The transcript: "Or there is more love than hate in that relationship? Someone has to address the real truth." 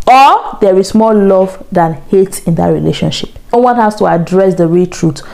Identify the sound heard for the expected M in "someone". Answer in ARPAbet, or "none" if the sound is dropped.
none